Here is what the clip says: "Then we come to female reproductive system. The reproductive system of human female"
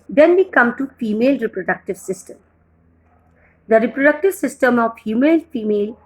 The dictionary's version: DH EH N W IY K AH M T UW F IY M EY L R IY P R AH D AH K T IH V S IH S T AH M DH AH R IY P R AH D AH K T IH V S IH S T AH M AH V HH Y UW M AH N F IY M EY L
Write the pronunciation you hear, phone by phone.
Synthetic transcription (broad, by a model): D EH N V IY K AH M T UW F IY M EY L R IY P R AH D AH K T IH V S IH S T AH M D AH R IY P R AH D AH K T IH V S IH S T AH M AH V HH Y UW M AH L F IY M EY L